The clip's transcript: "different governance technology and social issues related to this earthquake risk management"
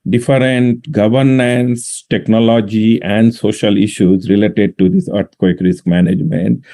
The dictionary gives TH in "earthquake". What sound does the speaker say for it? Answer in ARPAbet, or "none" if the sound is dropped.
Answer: T